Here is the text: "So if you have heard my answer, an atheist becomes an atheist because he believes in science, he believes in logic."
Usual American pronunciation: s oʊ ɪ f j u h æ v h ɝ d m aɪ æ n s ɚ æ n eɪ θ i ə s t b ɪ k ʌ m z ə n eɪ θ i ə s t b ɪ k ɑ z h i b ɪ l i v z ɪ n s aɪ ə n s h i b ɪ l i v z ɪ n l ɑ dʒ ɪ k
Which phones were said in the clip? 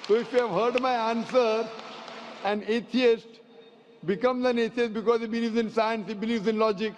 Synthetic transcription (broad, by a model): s oʊ ɪ f j u h æ v h ɝ d m aɪ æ n s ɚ æ n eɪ t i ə s t b ɪ k ʌ m z ə n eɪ t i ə s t b ɪ k ɑ z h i b ɪ l i v z ɪ n s aɪ ə n s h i b ɪ l i v z ɪ n l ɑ dʒ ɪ k